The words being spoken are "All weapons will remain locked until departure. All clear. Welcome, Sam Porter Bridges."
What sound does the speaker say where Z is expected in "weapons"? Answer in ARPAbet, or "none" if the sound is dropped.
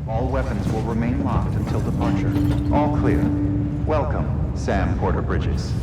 Z